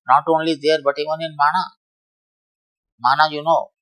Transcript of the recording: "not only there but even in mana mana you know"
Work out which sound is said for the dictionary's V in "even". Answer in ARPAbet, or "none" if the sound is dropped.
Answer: none